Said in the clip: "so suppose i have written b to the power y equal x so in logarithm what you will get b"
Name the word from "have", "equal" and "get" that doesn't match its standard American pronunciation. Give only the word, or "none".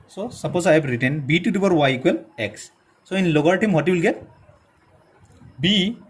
have